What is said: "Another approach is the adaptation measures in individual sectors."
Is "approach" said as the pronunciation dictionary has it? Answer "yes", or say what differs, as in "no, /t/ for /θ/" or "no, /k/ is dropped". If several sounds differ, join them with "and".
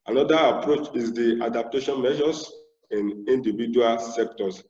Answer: yes